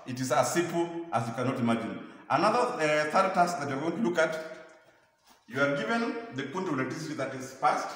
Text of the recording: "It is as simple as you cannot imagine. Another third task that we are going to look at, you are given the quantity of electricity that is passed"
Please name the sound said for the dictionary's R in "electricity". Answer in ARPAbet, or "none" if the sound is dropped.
none